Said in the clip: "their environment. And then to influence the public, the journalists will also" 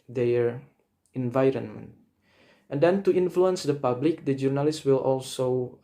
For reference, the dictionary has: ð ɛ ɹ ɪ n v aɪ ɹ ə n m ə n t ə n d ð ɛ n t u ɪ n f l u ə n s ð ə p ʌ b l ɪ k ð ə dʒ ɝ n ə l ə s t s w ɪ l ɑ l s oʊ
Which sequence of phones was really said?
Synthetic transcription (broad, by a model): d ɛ ɹ ɪ n v aɪ ɹ ə n m ə n t ə n d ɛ n t u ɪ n f l u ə n s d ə p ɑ b l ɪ k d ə dʒ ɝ n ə l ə s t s w ɪ l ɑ l s oʊ